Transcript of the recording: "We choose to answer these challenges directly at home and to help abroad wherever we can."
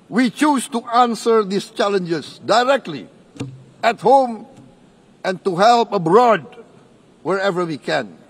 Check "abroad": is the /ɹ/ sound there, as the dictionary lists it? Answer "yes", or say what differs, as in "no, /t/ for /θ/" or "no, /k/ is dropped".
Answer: yes